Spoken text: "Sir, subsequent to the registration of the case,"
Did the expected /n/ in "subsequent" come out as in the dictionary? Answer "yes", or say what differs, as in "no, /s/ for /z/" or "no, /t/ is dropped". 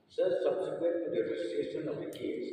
no, /n/ is dropped